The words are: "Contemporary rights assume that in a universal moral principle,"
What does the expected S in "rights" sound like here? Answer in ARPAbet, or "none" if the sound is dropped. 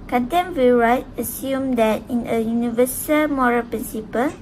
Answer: none